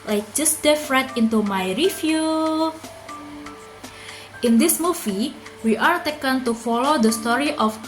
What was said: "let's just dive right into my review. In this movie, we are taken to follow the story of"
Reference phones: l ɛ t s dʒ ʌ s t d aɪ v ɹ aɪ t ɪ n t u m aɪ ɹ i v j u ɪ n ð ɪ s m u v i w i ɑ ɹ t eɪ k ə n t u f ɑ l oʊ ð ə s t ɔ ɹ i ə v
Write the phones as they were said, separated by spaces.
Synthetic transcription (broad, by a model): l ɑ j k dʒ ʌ s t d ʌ f ɹ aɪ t ɪ n t u m aɪ ɹ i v j u ɪ n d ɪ s m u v i w i ɑ ɹ t eɪ k ə n t u f ɑ l oʊ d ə s t ɔ ɹ i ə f